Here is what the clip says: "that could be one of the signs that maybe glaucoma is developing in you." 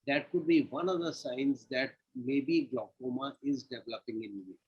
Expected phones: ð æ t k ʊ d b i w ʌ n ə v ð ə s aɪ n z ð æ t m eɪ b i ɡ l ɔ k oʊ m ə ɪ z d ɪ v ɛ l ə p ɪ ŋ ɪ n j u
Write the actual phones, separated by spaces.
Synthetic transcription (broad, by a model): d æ t k ʊ d b i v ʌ n ə v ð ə s aɪ n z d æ t m eɪ b i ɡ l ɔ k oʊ m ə ɪ z d ɪ v ɛ l ə p ɪ ŋ ɪ n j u